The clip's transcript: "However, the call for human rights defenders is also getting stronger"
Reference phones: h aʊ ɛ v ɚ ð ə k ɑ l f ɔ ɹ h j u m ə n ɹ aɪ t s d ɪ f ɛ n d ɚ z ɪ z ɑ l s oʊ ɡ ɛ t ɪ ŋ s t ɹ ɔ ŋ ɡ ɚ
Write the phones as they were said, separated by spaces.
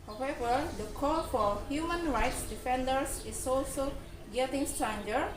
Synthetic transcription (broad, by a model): h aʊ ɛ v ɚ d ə k ɑ l f ɔ ɹ h j u m ə n ɹ aɪ t s d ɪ f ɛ n d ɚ s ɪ s ɑ l s oʊ ɡ ɛ t ɪ ŋ s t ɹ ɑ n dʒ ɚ